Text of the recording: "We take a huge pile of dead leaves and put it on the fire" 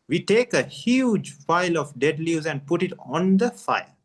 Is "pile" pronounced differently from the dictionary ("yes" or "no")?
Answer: yes